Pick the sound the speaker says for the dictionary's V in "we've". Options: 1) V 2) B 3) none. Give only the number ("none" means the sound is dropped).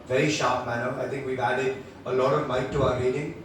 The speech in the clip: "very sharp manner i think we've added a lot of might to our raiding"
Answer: 1